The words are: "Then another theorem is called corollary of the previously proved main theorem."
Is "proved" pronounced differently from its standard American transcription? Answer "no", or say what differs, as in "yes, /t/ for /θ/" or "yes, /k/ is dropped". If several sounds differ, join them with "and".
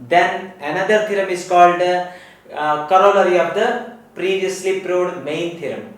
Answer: yes, /v/ is dropped